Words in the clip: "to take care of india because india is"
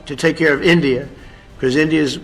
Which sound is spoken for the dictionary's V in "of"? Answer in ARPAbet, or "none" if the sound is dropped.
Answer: V